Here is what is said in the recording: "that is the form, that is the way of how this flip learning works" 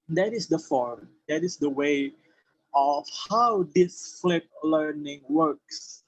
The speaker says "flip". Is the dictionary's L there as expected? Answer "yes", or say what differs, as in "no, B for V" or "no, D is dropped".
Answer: yes